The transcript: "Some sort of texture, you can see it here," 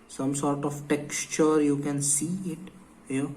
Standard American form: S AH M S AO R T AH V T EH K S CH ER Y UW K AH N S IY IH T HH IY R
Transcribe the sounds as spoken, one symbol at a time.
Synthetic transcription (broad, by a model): S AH M S AO R T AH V T EH K S CH ER Y UW K AH N S IY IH T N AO